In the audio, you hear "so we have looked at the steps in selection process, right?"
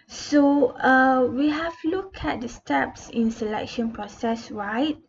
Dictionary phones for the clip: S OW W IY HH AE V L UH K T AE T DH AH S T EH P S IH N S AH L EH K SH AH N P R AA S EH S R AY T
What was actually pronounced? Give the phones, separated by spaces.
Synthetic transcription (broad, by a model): S OW W IY HH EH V L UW K EH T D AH S T EH P S IH N S AH L EH K SH AH N P R AA S EH S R AY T